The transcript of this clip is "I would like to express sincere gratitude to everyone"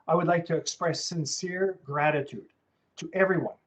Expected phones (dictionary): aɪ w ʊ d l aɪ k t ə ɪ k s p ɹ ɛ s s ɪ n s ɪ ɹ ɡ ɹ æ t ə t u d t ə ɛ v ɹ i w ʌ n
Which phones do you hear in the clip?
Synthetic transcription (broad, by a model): aɪ w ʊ d l aɪ k t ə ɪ k s p ɹ ɛ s s ɪ n s ɪ ɹ ɡ ɹ æ t ə t u d t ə ɛ v ɹ i w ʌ n